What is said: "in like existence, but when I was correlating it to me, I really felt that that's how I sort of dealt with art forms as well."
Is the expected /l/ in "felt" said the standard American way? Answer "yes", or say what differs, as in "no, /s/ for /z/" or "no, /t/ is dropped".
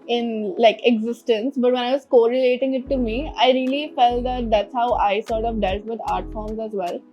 yes